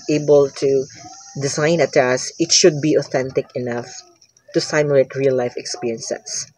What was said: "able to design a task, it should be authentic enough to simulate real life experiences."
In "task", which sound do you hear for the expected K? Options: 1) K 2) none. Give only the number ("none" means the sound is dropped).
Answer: 2